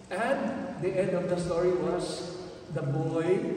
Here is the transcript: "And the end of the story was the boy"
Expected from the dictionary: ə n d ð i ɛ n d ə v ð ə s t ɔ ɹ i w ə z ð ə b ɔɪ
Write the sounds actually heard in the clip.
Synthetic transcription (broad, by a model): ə n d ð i ɛ n d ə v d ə s t ɔ ɹ i w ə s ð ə b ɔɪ